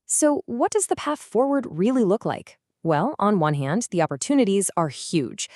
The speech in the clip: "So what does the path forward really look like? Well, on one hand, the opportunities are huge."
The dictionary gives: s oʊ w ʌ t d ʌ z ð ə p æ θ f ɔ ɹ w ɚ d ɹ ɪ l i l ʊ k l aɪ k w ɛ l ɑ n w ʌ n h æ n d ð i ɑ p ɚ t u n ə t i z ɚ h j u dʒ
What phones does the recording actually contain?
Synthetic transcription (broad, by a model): s oʊ w ʌ t d ʌ z ð ə p æ θ f ɔ ɹ w ɚ d ɹ ɪ l i l ʊ k l aɪ k w ɛ l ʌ n w ʌ n h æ n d ð i ɑ p ɚ t u n ə t i z ɚ h j u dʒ